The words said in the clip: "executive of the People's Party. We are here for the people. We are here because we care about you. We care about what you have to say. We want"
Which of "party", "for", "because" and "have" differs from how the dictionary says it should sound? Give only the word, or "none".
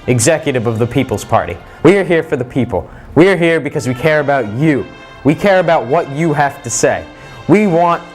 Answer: have